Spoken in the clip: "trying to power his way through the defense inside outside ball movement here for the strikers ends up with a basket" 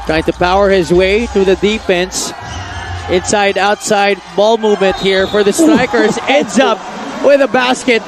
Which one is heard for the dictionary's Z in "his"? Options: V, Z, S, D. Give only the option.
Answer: Z